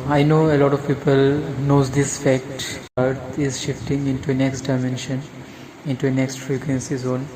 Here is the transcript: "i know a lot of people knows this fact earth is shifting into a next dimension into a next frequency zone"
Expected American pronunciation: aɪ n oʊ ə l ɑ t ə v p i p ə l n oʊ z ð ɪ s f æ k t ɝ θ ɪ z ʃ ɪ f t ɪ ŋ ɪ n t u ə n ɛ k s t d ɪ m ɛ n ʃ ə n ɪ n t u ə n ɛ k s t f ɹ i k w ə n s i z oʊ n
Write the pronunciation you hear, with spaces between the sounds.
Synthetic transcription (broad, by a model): aɪ n oʊ ə l ɑ t ə v p i p ə l n oʊ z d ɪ s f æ k t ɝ t ɪ z ʃ ɪ f t ɪ ŋ ɪ n t u ə n ɛ k s t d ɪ m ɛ n ʃ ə n ɪ n t u ə n ɛ k s t f ɹ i k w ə n s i z oʊ n